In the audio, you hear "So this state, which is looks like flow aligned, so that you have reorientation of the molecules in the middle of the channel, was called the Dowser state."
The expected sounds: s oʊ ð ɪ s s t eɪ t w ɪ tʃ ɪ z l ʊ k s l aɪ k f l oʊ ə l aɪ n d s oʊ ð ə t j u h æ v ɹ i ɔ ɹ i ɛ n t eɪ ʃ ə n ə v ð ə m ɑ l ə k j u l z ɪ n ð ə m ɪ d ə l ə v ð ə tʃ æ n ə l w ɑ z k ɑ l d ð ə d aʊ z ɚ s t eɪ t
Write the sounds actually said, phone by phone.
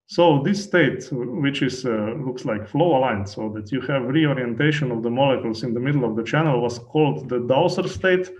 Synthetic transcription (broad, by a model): s oʊ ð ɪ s s t eɪ t w ɪ tʃ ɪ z l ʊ k s l aɪ k f l oʊ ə l aɪ n s oʊ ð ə t j u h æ v ɹ i ɔ ɹ i ɛ n t eɪ ʃ ə n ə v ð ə m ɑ l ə k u l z ɪ n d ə m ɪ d l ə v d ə tʃ æ n ə l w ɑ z k ɑ l d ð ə d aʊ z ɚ s t eɪ t